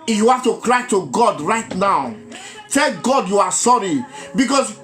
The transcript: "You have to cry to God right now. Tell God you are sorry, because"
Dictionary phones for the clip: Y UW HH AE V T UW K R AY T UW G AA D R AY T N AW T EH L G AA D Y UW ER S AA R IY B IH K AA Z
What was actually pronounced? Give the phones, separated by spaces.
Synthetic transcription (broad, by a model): Y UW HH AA F T UW K R AY T UW G AA D R AY T N AW T EH L G AA D Y UW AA S AA R IY B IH K AA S